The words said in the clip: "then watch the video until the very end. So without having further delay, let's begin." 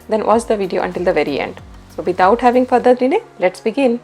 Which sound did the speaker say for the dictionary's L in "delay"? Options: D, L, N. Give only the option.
N